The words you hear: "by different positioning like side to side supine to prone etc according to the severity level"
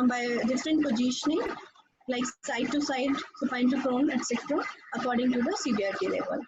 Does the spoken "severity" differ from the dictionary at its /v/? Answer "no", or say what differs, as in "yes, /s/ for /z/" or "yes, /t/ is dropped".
yes, /b/ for /v/